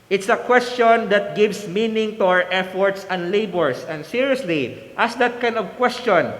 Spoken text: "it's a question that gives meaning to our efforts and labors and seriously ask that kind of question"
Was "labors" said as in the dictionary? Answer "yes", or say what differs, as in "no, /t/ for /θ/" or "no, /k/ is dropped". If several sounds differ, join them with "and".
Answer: no, /s/ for /z/